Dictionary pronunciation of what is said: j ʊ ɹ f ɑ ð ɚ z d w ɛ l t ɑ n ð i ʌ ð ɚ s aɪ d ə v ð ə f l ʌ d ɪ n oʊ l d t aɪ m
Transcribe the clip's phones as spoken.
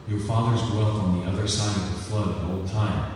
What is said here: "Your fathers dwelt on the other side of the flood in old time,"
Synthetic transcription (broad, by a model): j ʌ ɹ f ɑ ð ɚ z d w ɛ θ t n ð i ʌ ð ɚ s aɪ d ə v ð ə f l ʌ d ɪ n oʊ l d t aɪ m